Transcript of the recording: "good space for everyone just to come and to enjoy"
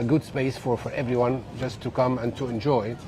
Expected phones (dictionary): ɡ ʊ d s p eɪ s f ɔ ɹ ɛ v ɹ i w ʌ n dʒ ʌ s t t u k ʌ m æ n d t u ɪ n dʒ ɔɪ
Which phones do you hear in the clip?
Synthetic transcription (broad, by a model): ɡ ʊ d s p eɪ s f ɔ ɹ ɛ v ɹ i w ʌ n dʒ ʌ s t t u k ʌ m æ n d t u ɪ n dʒ ɔɪ